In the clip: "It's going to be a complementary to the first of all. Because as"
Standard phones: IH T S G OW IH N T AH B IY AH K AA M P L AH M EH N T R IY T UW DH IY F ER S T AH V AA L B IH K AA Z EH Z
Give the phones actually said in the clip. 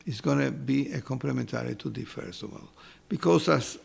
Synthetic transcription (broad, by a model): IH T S G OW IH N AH B IY AH K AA M P L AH M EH N T R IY T UW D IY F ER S AH W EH L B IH K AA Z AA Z